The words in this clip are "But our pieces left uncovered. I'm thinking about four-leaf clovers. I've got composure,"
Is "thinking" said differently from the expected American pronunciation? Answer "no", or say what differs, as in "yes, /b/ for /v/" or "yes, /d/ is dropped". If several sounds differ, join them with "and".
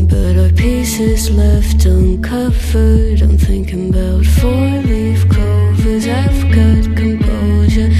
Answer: no